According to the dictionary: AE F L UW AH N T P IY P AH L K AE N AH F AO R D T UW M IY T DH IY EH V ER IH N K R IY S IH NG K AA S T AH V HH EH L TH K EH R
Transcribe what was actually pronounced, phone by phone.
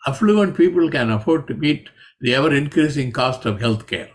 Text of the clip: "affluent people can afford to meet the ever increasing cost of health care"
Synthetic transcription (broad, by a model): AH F L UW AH N T P IY P AH L K AE N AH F AO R D T UW M IY T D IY EH V ER IH N K R IY S IH NG K AA S T AH V HH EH L T K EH R